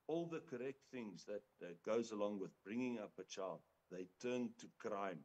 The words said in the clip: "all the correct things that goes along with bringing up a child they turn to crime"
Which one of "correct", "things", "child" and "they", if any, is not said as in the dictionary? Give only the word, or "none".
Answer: none